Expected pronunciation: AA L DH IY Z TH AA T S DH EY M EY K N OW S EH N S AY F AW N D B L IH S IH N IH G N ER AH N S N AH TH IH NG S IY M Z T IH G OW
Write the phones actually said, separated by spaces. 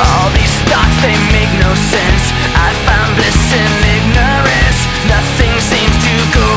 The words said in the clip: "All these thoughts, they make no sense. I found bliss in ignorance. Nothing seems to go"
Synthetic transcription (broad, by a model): AA L DH IY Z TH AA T S DH EY M EY K N OW S EH N S AY F AW N D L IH S IH N IH G N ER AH N S N AH TH IH NG S IY M Z T IH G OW